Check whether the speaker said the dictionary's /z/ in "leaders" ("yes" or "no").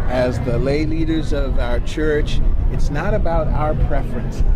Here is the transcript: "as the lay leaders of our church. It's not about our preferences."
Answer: yes